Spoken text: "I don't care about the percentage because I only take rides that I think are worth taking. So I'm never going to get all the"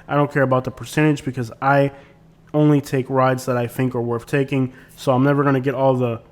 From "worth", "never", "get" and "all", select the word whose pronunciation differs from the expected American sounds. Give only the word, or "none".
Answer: none